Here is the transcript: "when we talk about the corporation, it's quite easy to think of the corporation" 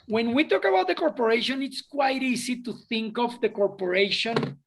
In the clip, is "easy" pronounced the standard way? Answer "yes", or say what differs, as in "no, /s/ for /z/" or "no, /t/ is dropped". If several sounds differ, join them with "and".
no, /s/ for /z/